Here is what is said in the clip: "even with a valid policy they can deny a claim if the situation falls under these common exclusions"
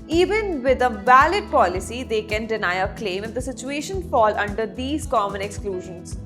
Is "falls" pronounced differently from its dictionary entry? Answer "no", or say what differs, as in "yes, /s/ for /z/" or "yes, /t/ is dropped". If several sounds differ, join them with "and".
yes, /z/ is dropped